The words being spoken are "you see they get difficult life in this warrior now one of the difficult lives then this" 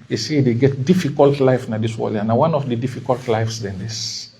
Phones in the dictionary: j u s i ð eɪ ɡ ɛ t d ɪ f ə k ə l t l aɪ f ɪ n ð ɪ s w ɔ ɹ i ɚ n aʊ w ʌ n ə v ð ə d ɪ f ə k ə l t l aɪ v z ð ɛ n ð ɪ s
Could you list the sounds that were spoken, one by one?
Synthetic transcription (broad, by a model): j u s i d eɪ ɡ ɛ t d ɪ f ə k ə l t l aɪ f n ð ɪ s w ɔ l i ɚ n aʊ w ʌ n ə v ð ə d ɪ f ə k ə l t l aɪ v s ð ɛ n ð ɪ s